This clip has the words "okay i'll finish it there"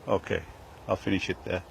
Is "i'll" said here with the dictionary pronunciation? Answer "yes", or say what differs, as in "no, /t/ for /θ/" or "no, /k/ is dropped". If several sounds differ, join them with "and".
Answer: yes